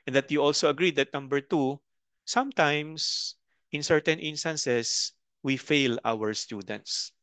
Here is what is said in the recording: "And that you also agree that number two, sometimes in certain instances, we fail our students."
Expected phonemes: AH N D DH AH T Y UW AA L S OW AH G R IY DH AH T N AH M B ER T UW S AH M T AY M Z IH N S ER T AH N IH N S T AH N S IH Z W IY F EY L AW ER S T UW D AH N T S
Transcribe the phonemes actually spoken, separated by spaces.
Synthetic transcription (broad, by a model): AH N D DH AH T Y UW AA L S OW AH G R IY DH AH T N AH M B ER T UW S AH M T AY M S IH N S ER T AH N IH N S T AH N S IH S W IY F EY L AW ER S T UW D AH N T S